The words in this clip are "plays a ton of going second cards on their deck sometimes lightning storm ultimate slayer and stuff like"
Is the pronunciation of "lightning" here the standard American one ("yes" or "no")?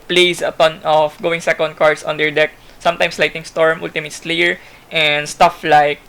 no